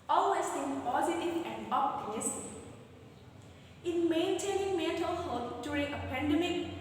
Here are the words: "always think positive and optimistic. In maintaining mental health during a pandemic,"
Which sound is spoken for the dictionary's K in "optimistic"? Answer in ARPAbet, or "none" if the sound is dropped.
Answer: none